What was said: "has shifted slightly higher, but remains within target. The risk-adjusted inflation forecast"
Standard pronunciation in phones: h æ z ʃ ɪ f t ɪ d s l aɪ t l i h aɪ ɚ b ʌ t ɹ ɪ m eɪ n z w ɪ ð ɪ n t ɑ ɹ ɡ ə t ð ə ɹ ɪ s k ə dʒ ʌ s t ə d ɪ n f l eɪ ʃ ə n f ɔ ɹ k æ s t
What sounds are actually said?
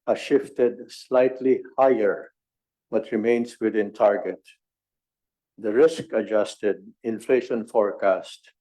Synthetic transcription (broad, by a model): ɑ ʃ ɪ f t ɪ d s l aɪ t l i h aɪ ɚ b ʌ t ɹ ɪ m eɪ n s w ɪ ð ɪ n t ɑ ɹ ɡ ə t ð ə ɹ ɪ s k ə dʒ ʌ s t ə d ɪ n f l eɪ ʃ ə n f ɔ ɹ k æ s t